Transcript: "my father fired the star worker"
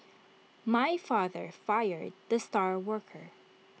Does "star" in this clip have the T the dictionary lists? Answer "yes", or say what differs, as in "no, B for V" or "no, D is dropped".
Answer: yes